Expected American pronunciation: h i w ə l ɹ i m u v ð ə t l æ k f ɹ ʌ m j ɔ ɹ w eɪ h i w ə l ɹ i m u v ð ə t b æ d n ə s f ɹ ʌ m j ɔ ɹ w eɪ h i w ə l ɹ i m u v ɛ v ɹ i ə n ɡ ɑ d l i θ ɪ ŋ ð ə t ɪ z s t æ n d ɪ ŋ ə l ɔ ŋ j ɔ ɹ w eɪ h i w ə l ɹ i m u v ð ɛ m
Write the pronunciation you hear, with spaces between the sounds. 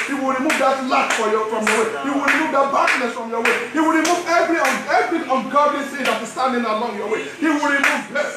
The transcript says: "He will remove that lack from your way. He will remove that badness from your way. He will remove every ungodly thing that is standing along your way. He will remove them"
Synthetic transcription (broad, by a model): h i w ə l ɹ i m u v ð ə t l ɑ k f ɹ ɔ m j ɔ w eɪ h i w ə l ɹ i m u v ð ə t b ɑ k n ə s f ɹ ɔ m j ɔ w eɪ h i w ə l ɹ i m u v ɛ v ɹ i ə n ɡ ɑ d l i s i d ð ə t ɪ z s t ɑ n d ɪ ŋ ə l ɔ ŋ j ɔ w eɪ h i w ə l ɹ i m u v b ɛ